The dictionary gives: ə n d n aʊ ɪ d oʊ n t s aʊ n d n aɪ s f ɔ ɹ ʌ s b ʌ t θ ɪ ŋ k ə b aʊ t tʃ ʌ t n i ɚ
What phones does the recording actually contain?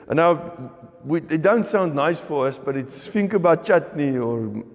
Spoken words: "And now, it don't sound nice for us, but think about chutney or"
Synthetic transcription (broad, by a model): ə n n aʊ ɪ d oʊ n t s aʊ n d n aɪ s f ɔ ɹ ʌ s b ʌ t f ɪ ŋ k ə b aʊ t tʃ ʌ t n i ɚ